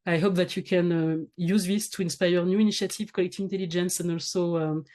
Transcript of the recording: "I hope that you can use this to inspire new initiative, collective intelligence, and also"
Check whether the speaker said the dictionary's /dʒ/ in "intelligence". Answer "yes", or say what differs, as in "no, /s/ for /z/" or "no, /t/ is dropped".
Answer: yes